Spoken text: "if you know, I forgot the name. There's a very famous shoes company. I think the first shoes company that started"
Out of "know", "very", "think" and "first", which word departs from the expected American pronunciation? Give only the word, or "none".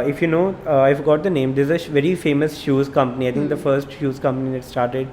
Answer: think